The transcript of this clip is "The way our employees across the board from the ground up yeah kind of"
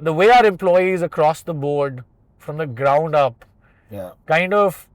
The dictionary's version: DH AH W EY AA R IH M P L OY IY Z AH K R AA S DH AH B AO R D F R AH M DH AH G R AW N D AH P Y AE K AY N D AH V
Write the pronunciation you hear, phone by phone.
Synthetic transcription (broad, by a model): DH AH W EY AA R IH M P L OY IY Z AH K R AA S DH AH B AO R D F R AH M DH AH G R AW N D AH P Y K AY N D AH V